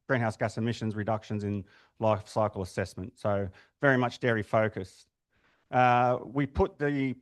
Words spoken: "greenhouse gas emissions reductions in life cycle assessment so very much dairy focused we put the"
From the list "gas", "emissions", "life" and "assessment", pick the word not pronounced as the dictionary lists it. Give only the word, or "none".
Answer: none